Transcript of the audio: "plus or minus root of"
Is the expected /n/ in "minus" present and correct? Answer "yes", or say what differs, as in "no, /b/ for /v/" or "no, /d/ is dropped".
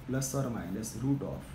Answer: no, /l/ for /n/